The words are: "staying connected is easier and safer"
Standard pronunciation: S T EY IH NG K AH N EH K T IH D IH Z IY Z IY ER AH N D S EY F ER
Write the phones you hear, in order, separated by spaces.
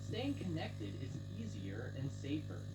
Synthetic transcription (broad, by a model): S T EY IH NG K AH N EH K T IH D IH Z IY Z IY ER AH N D S EY F ER